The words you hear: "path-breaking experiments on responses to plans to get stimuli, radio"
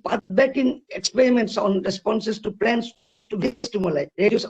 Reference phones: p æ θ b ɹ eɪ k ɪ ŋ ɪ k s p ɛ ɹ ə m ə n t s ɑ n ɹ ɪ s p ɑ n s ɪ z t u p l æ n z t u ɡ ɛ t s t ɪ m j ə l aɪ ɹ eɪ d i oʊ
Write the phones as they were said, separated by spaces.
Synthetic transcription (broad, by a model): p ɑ b eɪ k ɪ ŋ ɪ k s p ɛ ɹ ə m ə n t s ɑ n ɹ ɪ s p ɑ n s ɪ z t u p l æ n s t u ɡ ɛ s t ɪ m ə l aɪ ɹ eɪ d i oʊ